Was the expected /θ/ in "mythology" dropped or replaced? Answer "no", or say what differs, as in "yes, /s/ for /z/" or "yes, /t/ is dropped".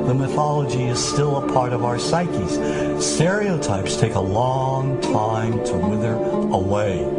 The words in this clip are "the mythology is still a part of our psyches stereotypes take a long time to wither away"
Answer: no